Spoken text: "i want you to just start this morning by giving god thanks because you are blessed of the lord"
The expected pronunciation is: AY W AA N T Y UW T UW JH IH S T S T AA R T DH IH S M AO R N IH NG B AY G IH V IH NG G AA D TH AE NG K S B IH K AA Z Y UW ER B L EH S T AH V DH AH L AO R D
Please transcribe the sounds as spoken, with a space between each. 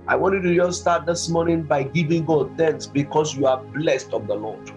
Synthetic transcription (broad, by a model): AY W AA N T Y UW T UW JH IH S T S T AA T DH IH S M AO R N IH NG B AY G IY V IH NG G AA D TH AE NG K S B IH K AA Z Y UW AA B L EH S T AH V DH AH L AO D